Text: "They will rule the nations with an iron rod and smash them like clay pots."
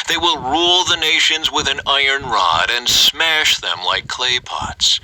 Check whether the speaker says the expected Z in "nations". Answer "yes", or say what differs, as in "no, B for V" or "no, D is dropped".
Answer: yes